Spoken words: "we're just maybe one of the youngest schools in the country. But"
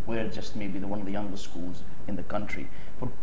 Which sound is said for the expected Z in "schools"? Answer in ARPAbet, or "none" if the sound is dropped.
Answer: Z